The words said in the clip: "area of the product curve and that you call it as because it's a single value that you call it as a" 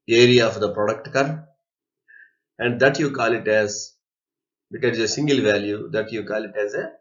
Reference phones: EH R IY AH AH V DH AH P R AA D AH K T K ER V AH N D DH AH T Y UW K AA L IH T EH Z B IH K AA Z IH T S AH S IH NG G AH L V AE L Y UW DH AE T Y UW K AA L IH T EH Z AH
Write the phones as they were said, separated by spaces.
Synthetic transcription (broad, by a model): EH R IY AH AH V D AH P R AA D AH K T K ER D AH N D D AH T Y UW K AA L IH T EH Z B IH K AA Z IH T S AH S IH NG G AH L V AE L Y UW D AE T Y UW K AA L IH T EH Z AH